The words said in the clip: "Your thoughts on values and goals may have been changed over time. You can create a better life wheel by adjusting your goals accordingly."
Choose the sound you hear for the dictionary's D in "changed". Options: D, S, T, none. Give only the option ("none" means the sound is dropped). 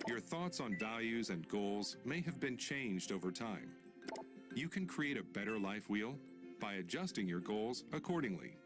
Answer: D